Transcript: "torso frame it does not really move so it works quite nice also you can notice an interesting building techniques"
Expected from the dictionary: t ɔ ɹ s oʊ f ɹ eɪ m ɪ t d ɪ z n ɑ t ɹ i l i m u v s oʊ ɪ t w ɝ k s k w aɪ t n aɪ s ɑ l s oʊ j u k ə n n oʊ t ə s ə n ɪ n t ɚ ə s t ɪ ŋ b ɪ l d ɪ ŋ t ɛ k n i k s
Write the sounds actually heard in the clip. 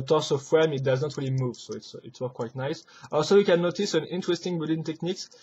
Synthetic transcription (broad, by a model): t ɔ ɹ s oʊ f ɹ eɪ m ɪ t d ɪ z n ɑ t ɹ i l i m u v s oʊ ɪ t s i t s k w aɪ t n aɪ s ɑ l s oʊ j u k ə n n oʊ t ə s ə n ɪ n t ɚ ə s t ɪ ŋ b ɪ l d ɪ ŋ t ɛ k n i k s